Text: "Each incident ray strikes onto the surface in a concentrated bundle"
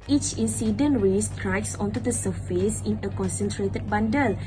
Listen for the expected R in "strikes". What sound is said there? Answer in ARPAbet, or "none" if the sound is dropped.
R